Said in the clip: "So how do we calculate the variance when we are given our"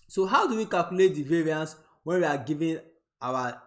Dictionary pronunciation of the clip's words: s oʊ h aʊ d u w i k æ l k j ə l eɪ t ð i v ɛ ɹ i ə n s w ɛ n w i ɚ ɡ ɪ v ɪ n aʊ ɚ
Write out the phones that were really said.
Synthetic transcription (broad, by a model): s oʊ h aʊ d u w i k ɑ l k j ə l eɪ t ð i v ɛ ɹ i ə n s w ɛ n w i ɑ ɡ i v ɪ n aʊ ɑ